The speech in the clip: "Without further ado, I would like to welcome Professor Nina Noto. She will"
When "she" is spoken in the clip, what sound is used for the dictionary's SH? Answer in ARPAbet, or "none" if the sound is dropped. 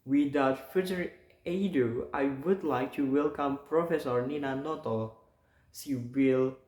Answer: S